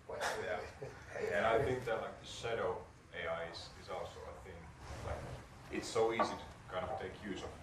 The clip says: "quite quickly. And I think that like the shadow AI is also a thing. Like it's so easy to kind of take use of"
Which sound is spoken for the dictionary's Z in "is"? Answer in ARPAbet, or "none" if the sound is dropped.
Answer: Z